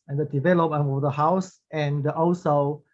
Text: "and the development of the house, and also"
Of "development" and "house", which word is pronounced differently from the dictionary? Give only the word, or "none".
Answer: development